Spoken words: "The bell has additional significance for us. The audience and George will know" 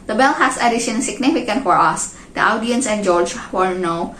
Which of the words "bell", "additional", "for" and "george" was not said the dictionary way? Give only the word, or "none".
additional